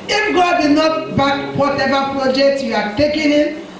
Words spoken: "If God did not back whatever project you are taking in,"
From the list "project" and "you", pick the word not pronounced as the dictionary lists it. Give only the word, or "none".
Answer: none